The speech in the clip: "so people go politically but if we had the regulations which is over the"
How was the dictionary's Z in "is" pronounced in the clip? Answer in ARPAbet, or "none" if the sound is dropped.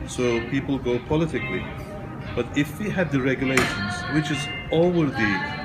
Z